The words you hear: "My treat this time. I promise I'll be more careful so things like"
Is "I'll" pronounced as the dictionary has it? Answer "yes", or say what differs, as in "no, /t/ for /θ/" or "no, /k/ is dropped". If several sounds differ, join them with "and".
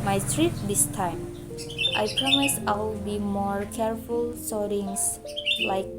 no, /w/ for /l/